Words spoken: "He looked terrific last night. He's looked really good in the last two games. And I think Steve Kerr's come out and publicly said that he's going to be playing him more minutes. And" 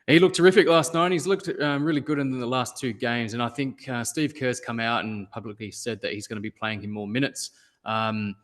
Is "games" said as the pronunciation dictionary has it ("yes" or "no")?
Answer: yes